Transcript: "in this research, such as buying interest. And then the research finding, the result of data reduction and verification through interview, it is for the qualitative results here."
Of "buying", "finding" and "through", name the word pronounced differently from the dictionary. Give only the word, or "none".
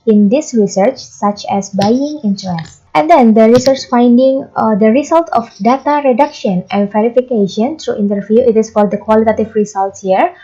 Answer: through